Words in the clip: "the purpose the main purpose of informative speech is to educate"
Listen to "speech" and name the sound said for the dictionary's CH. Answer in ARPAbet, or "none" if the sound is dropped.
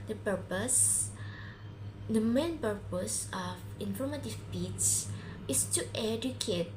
S